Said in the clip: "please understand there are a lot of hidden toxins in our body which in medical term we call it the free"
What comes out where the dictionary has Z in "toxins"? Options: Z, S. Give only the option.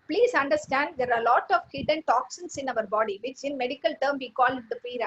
S